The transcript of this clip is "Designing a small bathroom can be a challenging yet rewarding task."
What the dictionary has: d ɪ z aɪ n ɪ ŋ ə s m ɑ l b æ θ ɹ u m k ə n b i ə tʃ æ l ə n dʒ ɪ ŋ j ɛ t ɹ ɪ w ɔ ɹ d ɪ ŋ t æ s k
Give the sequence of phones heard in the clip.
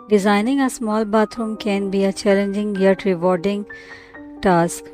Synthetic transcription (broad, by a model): d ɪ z aɪ n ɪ ŋ ə s m ɑ l b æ t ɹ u m k ə n b i ə tʃ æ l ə n dʒ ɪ ŋ j ɛ t ɹ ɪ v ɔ ɹ d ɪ ŋ t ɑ s k